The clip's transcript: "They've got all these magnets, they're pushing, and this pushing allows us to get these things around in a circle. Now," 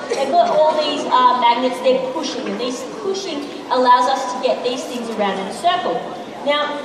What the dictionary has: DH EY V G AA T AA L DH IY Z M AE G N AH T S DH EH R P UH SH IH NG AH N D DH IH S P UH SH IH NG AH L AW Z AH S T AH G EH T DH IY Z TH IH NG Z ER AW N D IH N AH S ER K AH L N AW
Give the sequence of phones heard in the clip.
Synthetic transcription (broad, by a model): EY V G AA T AA L DH IY Z M AE G N AH T S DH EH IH P UH SH IH NG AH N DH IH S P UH SH IH NG AH L AW Z AH S T AH G EH T DH IY Z TH IH NG Z ER AW N D IH N AH S ER K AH L N AW